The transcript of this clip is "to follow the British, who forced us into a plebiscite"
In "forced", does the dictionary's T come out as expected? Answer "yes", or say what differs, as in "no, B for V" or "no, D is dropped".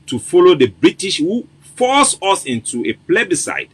no, T is dropped